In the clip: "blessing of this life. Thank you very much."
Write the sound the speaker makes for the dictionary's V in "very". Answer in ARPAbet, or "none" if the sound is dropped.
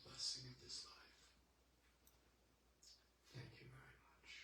V